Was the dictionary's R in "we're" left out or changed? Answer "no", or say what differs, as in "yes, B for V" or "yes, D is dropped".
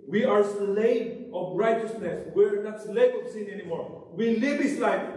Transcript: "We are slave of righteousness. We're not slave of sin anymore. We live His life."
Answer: no